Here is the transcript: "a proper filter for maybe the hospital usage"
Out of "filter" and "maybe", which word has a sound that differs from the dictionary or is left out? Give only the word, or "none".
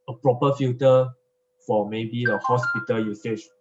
filter